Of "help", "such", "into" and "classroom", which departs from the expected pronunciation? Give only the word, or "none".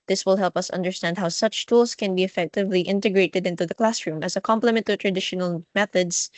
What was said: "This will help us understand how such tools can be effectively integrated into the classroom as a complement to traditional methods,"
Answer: none